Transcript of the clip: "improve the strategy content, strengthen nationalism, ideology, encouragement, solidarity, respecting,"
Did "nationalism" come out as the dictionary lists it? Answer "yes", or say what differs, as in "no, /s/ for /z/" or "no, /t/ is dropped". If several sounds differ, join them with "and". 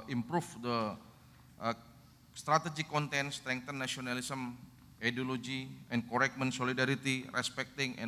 no, /ʃ/ is dropped and /s/ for /z/